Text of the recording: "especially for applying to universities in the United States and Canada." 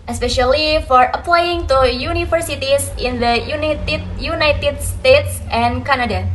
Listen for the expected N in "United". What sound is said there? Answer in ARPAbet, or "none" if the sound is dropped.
N